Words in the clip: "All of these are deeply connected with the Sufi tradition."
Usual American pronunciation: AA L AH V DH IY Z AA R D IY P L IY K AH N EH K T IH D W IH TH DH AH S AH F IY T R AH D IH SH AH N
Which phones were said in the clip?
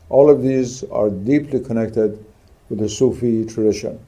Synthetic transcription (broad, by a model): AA L AH V DH IY Z AA R D IY P L IY K AH N EH K T IH D W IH DH AH S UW F IY T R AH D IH SH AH N